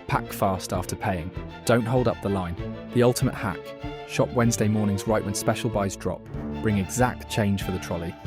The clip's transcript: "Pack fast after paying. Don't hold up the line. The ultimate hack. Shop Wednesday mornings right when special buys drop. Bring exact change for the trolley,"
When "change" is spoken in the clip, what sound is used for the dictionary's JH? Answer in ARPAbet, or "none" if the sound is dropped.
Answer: ZH